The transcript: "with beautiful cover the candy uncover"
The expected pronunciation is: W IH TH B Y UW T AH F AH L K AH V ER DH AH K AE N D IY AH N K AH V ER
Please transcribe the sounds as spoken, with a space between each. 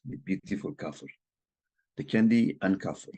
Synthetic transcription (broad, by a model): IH B Y UW T AH F AH L K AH F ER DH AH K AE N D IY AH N K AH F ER